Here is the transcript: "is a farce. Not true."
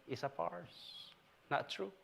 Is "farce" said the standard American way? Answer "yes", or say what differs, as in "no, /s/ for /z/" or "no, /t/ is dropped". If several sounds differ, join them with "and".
no, /p/ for /f/